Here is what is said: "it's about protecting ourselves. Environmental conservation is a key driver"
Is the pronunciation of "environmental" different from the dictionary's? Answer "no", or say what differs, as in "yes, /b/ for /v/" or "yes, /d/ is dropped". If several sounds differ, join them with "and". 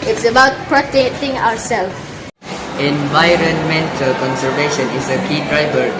no